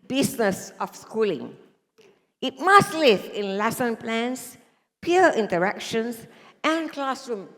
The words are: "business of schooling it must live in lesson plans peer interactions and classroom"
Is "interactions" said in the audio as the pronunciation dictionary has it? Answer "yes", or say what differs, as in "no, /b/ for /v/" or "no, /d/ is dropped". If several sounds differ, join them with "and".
no, /s/ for /z/